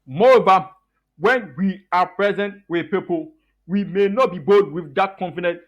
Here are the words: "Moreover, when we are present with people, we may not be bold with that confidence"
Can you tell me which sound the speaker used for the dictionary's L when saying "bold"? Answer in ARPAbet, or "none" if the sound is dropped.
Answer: none